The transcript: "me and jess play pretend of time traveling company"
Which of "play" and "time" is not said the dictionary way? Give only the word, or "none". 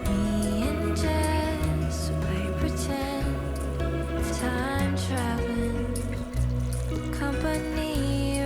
play